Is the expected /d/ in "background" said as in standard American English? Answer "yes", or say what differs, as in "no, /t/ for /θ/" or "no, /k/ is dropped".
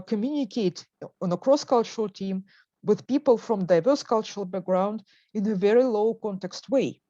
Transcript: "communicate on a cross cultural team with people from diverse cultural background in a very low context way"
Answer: yes